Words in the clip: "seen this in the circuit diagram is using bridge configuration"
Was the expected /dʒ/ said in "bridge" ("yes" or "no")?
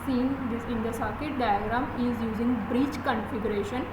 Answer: no